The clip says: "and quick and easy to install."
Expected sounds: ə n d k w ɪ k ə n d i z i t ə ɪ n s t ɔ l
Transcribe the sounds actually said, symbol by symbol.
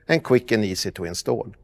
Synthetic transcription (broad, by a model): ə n k w ɪ k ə n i s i t ə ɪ n s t ɔ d